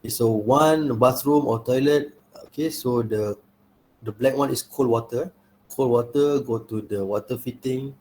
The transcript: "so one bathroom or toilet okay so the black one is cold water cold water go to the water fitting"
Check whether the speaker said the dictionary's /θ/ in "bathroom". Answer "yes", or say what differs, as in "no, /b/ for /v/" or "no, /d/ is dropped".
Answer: no, /s/ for /θ/